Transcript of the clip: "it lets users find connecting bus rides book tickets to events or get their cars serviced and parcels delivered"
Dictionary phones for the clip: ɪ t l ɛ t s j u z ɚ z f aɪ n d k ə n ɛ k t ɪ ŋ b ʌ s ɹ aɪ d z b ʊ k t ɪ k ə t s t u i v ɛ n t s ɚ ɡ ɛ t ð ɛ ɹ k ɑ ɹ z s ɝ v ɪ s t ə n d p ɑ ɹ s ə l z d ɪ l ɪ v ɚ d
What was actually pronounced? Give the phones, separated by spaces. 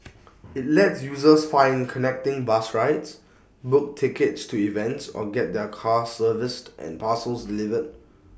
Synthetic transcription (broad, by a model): ɪ t l ɛ t s j u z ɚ s f aɪ n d k ə n ɛ k t ɪ ŋ b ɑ s ɹ aɪ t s b ʊ k t ɪ k ə t s t u i v ɛ n t s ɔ ɡ ɛ t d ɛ k ɑ s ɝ v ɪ s t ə n p ɑ s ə l s d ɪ l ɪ v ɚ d